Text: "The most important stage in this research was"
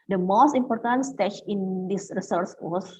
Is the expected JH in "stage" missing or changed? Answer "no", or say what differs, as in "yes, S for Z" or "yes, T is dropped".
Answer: yes, CH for JH